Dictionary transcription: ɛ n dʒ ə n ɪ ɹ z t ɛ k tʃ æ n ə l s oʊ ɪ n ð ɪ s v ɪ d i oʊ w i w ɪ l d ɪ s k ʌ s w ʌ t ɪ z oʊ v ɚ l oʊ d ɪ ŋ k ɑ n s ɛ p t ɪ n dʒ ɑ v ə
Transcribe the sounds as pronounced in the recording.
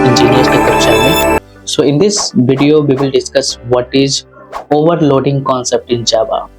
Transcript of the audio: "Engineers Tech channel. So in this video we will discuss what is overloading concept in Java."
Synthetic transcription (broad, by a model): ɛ n dʒ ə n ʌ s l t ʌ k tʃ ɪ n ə n s oʊ ɪ n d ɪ s v ɪ d i oʊ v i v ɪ l d ɪ s k ʌ s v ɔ t ɪ z oʊ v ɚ l oʊ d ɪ ŋ k ɑ n s ɛ p t ɪ n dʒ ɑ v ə